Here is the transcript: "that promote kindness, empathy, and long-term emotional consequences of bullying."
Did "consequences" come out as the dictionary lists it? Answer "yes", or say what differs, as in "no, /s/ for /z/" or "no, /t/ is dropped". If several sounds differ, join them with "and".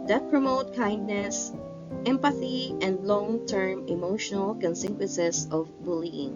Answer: no, /s/ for /z/